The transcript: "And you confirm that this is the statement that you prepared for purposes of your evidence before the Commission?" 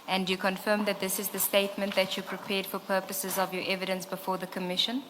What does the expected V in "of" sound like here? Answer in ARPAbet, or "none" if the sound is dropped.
V